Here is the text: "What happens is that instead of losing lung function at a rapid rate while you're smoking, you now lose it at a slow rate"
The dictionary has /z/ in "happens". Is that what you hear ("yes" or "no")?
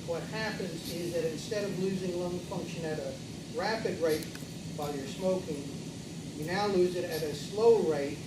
yes